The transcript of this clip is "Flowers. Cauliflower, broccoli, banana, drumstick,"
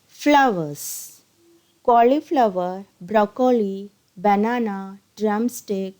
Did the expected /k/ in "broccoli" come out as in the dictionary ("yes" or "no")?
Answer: yes